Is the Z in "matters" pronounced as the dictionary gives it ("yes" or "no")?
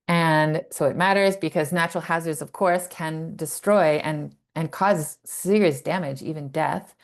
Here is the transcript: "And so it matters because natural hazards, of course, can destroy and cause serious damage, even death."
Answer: yes